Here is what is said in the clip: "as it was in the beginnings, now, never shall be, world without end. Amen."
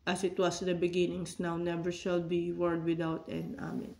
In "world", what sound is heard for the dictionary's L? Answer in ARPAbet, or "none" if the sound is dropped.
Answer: none